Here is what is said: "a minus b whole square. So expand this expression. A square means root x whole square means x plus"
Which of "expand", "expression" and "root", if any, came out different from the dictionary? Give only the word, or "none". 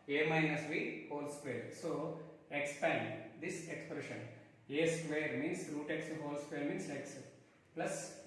none